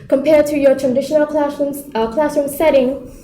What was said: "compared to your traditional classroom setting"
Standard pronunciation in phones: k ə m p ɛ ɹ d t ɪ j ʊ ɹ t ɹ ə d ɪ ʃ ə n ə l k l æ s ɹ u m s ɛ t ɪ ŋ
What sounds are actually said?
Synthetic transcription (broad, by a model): k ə m p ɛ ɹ d t ɪ j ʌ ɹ t ɹ ə d ɪ ʃ ə n ə l k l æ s u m s ɛ t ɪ ŋ